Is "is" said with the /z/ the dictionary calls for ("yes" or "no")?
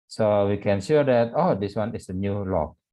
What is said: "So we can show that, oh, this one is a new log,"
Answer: no